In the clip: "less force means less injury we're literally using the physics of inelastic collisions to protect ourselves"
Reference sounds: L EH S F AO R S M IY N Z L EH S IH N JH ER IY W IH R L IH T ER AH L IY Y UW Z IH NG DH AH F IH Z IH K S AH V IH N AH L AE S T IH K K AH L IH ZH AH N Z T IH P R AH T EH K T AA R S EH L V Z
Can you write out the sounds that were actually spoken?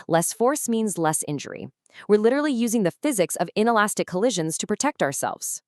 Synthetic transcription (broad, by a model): L EH S F AO R S M IY N Z L EH S IH N JH ER IY W IH R L IH T ER L IY Y UW Z IH NG DH AH F IH Z IH K S AH V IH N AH L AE S T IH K K AH L IH ZH AH N Z T IH P R AH T EH K T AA R S EH L V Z